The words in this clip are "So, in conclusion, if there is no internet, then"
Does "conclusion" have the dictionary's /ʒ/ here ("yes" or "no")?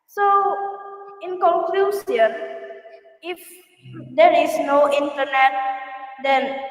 no